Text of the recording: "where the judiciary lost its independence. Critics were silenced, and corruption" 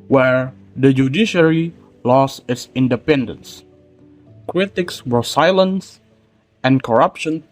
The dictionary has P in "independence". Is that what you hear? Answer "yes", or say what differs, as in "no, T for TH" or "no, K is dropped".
yes